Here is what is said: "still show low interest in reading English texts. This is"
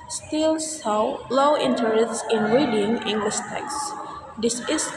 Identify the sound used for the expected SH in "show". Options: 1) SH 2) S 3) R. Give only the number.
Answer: 2